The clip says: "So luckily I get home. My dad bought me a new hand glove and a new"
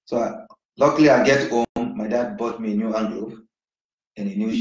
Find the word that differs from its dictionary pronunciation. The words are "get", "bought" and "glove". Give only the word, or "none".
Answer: glove